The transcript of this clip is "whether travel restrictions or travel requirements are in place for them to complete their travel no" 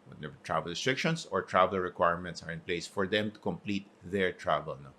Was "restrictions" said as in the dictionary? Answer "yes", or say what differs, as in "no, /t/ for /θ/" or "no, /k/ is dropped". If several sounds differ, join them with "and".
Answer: no, /s/ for /z/